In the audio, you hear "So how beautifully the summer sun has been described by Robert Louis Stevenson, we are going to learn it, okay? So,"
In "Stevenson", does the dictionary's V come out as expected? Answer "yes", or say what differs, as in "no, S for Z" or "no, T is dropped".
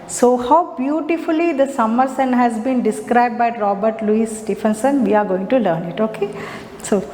no, F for V